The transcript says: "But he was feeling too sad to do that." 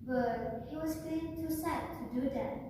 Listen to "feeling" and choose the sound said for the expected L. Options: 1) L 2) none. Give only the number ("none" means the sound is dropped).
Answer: 2